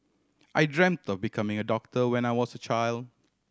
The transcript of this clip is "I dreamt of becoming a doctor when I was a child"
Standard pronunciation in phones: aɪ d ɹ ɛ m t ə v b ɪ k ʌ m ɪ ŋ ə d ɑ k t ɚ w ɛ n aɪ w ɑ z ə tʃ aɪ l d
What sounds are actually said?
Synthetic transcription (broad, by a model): aɪ d ɹ ɛ m t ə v b ɪ k ʌ m ɪ ŋ ə d ɑ k t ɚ w ɛ n aɪ w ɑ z ə tʃ aɪ l d